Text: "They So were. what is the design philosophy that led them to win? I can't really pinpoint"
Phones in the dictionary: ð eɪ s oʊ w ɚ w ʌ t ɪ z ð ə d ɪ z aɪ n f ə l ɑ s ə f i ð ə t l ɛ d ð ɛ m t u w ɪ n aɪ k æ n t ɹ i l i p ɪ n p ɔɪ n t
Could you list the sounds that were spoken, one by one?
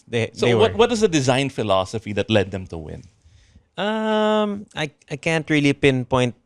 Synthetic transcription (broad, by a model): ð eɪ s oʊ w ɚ w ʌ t ɪ z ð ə d ɪ z aɪ n f ə l ɑ s ə f i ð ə t l ɛ d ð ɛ m t u w ɪ n aɪ k æ n t ɹ i l i p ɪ n p ɔɪ n t